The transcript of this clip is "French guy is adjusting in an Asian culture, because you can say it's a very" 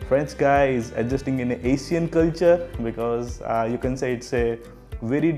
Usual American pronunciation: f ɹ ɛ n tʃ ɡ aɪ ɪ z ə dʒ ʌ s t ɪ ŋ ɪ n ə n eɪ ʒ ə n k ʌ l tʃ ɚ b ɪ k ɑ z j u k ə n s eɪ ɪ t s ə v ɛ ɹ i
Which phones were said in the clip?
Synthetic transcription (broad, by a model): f ɹ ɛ n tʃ ɡ aɪ ɪ z ə dʒ ʌ s t ɪ ŋ ɪ n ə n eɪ ʃ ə n k ʌ l tʃ ɚ b ɪ k ɑ z j u k ə n s eɪ ɪ t s ə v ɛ ɹ i